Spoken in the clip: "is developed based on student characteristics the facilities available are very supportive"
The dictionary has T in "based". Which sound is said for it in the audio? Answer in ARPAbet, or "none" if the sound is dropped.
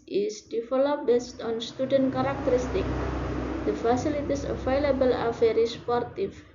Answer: T